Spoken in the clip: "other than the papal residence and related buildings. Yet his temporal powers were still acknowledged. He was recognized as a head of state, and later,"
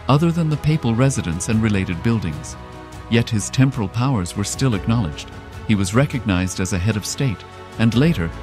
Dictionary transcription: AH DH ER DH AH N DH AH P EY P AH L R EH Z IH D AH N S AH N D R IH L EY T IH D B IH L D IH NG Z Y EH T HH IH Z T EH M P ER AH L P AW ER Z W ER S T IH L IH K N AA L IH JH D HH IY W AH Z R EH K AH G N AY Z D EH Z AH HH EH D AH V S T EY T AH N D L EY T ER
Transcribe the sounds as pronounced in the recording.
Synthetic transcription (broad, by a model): AH DH ER DH AH N DH AH P EY P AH L R EH Z IH D AH N S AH N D R IH L EY T IH D B IH L D IH NG Z Y EH T HH IH Z T EH M P ER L P AW ER Z W ER S T IH L IH K N AA L IH JH D HH IY W AH Z R EH K AH G N AY Z D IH Z AH HH EH D AH V S T EY T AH N L EY T ER